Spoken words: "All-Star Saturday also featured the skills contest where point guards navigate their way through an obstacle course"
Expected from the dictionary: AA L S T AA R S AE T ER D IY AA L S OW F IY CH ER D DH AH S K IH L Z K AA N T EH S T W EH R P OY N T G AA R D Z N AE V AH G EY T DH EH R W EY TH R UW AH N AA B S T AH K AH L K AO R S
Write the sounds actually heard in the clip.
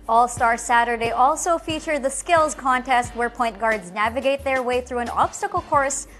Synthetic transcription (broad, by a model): AA L S T AA R S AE T ER D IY AA L S OW F IY CH ER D DH AH S K IH L Z K AA N T EH S T W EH R P OY N T G AA R D Z N AE V AH G EY T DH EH R W EY TH R UW AH N AA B S T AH K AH L K AO R S